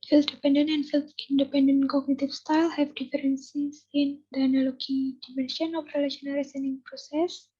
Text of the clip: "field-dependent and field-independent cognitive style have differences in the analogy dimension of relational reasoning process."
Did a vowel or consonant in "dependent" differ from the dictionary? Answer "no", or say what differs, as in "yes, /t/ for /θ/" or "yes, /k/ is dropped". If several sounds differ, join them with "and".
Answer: yes, /t/ is dropped